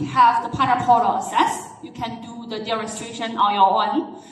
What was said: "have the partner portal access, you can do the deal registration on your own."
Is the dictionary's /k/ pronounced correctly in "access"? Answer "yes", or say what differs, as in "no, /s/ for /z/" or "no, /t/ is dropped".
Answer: no, /k/ is dropped